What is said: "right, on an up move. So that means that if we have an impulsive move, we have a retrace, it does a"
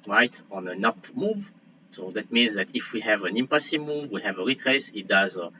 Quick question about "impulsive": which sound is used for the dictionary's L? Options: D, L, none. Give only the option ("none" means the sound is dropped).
none